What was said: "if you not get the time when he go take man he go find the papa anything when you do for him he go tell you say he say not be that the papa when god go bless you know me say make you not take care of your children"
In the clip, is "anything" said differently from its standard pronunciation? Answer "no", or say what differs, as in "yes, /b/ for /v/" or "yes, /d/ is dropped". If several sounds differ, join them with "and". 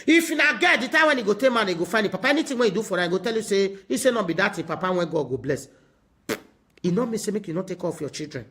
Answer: yes, /t/ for /θ/